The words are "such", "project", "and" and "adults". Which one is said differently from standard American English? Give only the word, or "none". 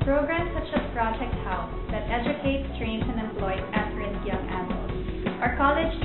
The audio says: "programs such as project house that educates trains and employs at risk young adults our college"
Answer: adults